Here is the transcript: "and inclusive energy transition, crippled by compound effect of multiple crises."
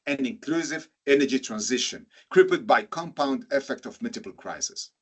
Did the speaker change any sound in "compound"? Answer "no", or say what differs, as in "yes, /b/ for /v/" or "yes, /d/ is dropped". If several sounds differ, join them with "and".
no